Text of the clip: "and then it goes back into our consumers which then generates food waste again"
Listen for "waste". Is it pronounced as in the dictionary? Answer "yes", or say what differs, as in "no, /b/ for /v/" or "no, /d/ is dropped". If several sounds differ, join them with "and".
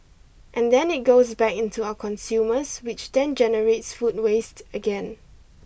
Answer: yes